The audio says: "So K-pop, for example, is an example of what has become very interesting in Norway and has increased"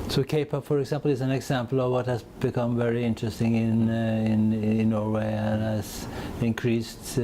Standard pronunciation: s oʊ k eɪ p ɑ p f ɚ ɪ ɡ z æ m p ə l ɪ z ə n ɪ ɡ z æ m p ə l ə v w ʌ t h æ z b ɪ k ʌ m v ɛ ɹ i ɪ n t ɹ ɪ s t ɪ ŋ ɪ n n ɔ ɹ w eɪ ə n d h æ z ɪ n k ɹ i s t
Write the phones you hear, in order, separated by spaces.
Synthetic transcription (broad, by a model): s oʊ k eɪ p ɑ f ɚ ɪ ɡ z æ m p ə l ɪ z ə n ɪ ɡ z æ m p l ə v w ʌ t h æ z b ɪ k ʌ m v ɛ ɹ i ɪ n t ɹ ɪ s t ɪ ŋ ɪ n n ɔ ɹ w eɪ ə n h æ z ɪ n k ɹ i s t